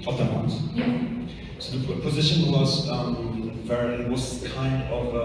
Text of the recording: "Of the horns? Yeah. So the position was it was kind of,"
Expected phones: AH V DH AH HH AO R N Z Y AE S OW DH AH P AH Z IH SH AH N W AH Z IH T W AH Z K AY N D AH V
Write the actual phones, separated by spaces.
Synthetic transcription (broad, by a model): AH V DH AH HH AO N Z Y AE S OW DH AH P AH Z IH SH AH N W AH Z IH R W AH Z K AY N D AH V